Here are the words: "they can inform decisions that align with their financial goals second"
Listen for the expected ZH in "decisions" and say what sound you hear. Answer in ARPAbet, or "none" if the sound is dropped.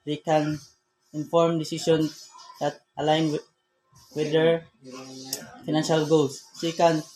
S